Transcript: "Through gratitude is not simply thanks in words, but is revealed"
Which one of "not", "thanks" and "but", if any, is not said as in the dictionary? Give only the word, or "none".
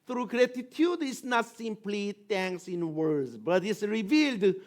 thanks